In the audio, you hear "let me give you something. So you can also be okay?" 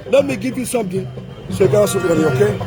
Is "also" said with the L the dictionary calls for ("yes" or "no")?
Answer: no